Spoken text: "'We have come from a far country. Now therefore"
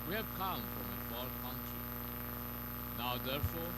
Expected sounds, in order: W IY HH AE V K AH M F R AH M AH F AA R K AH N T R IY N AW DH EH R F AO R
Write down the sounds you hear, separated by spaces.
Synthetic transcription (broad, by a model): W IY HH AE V K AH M F R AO M AH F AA L K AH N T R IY N AW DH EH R F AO